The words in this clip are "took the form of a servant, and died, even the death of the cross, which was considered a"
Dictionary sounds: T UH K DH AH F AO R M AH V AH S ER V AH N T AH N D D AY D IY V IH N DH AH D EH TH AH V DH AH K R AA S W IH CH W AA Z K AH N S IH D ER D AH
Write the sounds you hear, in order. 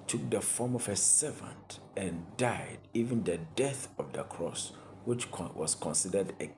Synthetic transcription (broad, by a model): T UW K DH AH F AO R M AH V AH S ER V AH N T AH N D D AY D IY V IH N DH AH D EH TH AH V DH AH K R AA S W IH CH W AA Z K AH N S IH D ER D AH